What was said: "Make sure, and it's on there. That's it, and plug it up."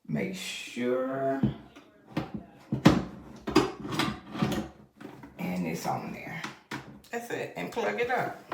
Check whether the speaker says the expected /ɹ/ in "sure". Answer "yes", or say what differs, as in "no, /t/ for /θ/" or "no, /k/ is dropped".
yes